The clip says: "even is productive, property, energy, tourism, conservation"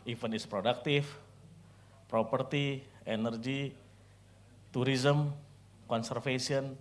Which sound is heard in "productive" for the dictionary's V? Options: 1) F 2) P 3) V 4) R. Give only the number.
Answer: 1